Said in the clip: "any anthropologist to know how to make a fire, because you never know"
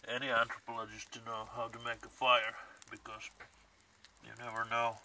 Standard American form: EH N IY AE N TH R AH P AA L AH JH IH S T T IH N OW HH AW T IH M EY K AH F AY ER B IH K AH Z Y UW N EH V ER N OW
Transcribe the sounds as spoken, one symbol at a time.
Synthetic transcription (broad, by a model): EH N IY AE N T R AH P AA L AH JH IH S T T IH N OW HH AW T IH M EY K AH F AY ER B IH K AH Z Y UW N EH V ER N OW